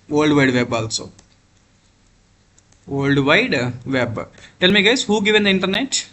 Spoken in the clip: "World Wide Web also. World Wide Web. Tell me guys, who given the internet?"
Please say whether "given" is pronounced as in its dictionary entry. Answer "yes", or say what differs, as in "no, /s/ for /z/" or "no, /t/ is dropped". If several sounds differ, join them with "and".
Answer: yes